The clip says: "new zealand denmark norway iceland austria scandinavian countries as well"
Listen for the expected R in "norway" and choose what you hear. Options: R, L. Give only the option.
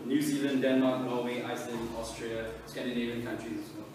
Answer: L